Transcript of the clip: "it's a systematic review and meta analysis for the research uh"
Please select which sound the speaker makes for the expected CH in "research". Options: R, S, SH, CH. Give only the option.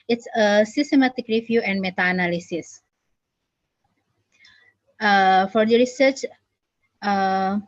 CH